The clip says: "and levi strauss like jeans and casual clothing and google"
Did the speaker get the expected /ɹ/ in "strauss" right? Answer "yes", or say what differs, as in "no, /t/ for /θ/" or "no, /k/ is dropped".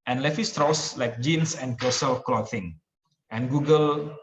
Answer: yes